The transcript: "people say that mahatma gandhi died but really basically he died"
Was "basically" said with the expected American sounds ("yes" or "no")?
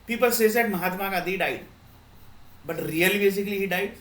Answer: yes